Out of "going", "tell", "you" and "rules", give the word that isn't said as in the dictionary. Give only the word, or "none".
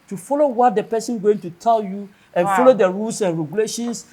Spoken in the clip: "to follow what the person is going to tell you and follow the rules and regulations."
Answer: rules